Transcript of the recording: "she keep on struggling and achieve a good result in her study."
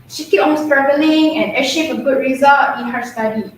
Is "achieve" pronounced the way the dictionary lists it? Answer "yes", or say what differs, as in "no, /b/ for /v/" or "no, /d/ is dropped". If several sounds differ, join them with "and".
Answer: no, /ʃ/ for /tʃ/